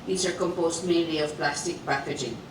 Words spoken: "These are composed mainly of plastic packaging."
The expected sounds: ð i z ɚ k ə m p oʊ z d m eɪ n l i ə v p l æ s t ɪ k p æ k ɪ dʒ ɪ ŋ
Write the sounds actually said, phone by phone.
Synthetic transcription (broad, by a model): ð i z ɚ k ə m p oʊ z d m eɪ l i ə v p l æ s t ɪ k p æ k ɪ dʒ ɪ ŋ